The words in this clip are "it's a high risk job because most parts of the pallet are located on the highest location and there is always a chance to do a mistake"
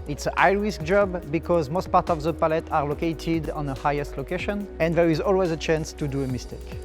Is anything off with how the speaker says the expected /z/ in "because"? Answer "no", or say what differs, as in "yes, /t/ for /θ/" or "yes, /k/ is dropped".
no